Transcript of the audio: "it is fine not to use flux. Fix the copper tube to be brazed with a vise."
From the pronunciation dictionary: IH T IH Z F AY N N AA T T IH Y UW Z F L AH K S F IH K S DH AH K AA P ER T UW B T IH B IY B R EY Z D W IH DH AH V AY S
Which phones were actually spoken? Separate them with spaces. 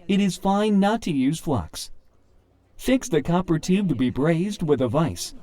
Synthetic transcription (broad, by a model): IH T IH Z F AY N N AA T T IH Y UW Z F L AH K S F IH K S DH AH K AA P ER T UW B T IH B IY B R EY Z D W IH DH AH V AY S